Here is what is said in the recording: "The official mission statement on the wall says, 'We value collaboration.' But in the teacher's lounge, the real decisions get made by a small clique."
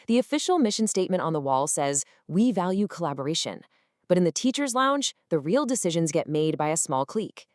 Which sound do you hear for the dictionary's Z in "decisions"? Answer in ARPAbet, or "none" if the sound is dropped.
Z